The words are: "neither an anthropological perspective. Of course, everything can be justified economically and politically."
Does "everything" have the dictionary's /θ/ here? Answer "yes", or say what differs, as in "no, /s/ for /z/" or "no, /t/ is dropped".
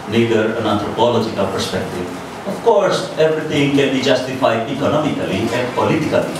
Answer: no, /t/ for /θ/